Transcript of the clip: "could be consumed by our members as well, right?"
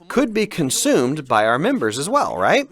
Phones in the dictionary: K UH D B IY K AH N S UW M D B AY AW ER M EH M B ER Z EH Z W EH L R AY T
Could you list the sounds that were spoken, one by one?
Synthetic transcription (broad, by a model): K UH D B IY K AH N S UW M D B AY AW ER M EH M B ER Z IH Z W EH L R AY T